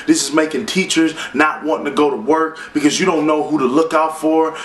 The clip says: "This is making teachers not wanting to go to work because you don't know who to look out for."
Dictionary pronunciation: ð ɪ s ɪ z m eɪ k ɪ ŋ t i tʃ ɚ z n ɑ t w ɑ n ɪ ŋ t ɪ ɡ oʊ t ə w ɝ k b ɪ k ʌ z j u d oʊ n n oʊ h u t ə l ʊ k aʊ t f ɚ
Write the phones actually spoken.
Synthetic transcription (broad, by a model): ð ɪ s ɪ z m eɪ k ɪ ŋ t i tʃ ɚ z n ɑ t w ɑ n ɪ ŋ t ɪ ɡ oʊ t ə w ɝ k b ɪ k ʌ z j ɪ d oʊ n n oʊ h u t ə l ʊ k aʊ t f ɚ